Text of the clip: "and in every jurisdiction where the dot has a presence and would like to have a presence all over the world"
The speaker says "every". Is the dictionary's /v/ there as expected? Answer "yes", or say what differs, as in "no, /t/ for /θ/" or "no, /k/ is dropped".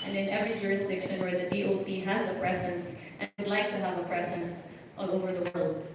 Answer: yes